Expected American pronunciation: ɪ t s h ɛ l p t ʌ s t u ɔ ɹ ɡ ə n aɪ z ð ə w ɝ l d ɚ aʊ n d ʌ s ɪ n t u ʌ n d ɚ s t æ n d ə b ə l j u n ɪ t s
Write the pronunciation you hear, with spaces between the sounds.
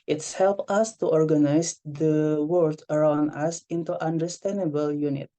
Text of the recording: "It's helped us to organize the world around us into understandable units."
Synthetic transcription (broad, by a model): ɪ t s h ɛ l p ʌ s t u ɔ ɹ ɡ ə n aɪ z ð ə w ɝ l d ɚ aʊ n d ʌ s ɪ n t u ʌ n d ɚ s t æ n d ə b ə l j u n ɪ t